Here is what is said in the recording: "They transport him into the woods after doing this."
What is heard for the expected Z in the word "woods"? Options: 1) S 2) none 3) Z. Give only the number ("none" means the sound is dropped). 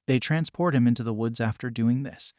3